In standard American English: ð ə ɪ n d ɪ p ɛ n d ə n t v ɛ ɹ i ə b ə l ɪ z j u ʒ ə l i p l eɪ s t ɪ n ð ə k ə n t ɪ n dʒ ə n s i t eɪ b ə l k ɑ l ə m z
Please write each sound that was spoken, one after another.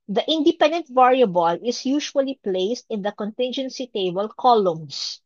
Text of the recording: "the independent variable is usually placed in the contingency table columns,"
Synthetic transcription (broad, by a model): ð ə ɪ n d ɪ p ɛ n d ə n t v ɛ ɹ i ə b ə l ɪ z j u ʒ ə l i p l eɪ s t ɪ n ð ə k ə n t ɪ n dʒ ə n s i t eɪ b ə l k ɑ l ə m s